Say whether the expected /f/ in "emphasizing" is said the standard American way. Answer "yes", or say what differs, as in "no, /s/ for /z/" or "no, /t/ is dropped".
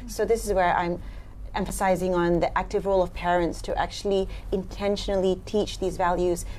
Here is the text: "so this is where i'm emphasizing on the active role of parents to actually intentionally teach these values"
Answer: yes